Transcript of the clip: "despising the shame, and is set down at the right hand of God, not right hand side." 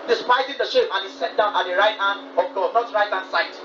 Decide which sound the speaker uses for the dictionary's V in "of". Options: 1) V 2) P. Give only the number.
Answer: 2